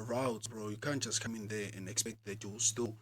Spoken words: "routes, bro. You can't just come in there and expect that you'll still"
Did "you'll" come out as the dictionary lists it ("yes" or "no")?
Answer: no